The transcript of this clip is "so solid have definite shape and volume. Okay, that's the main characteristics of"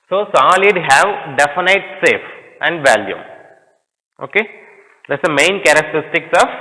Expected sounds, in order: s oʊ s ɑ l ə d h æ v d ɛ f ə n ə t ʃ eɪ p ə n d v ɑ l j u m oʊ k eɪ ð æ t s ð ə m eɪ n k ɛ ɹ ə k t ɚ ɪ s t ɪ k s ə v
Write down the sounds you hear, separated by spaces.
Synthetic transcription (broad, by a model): s oʊ s ɑ l ə d h æ v d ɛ f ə n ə t s eɪ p ə n d v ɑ l j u m oʊ k eɪ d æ t s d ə m eɪ n k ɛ ɹ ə k t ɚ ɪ s t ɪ k s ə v